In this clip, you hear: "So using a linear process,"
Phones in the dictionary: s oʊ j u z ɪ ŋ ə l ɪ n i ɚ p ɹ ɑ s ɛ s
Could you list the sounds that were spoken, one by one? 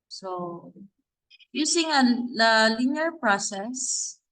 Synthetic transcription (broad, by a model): s oʊ j u s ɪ ŋ ə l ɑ l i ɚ p ɹ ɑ s ɛ s